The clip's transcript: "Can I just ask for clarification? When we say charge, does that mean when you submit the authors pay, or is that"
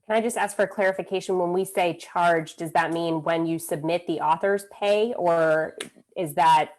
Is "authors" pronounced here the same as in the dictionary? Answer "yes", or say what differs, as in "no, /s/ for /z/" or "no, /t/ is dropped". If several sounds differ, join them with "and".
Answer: yes